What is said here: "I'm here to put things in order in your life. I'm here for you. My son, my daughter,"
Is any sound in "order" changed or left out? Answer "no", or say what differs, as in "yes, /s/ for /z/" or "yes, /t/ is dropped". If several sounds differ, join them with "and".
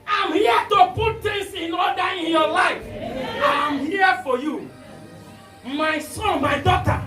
yes, /l/ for /ɹ/